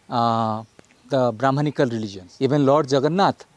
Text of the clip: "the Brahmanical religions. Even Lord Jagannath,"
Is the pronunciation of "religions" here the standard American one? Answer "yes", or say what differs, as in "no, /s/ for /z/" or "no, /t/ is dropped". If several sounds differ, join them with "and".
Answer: no, /z/ is dropped